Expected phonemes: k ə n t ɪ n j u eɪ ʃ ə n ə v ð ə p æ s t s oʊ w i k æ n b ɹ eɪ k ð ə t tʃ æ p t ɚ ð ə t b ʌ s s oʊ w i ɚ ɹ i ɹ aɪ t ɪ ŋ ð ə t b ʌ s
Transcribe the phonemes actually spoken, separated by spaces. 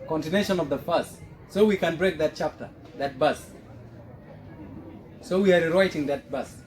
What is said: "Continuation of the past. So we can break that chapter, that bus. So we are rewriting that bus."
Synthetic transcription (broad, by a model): k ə n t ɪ n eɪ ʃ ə n ə v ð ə f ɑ s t s oʊ w i k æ n b ɹ eɪ k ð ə t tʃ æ p t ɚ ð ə t b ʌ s s oʊ w i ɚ ɹ i ɹ aɪ t ɪ ŋ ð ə t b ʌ s